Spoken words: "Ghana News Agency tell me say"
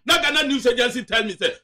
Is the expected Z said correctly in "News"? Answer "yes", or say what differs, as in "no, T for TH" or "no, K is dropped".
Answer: no, S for Z